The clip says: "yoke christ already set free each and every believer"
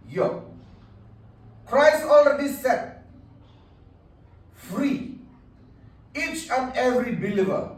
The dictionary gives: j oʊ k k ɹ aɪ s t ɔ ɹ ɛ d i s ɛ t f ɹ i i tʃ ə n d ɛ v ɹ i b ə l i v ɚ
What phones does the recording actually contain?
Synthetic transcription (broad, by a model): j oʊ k k ɹ aɪ s t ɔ l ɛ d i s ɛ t f ɹ i i tʃ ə n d ɛ v ɹ i b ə l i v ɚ